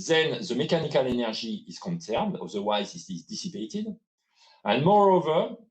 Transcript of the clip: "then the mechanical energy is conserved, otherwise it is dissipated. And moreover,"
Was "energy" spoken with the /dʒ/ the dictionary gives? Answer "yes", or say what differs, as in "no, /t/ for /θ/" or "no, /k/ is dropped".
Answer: no, /ʒ/ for /dʒ/